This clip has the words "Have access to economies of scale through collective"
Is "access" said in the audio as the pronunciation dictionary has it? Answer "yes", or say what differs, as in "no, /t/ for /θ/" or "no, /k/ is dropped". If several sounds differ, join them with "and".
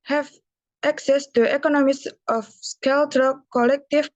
yes